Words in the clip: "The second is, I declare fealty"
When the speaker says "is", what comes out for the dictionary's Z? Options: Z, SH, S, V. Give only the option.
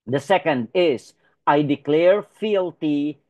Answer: S